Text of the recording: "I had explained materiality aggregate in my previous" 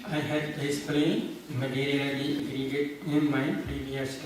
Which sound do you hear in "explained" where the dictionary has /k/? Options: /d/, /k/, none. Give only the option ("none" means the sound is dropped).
none